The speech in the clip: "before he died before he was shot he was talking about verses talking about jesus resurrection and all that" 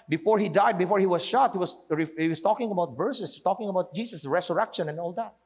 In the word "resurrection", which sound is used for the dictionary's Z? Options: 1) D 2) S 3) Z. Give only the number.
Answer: 2